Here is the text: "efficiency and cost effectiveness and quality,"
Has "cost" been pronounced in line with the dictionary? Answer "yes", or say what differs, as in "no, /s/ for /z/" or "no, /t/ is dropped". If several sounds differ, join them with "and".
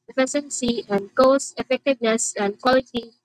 no, /t/ is dropped